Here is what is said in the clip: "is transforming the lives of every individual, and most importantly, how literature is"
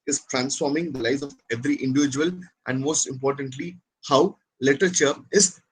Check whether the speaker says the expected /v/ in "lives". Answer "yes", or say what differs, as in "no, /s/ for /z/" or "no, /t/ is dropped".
no, /v/ is dropped